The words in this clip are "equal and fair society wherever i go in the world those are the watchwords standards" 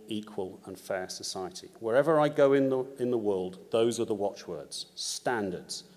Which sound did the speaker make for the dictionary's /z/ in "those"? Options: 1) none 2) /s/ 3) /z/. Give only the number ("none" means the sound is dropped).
3